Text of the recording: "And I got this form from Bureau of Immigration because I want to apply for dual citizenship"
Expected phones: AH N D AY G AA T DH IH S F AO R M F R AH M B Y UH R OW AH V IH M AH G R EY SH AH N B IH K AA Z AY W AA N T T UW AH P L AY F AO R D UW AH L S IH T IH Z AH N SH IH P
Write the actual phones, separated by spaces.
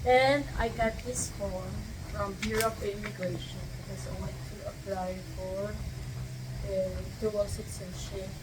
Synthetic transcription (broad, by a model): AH N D AY G AA T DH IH S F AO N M F R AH M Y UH R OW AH P IH M AH G R EY SH AH N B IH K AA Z AY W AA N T T UW AH P L AY F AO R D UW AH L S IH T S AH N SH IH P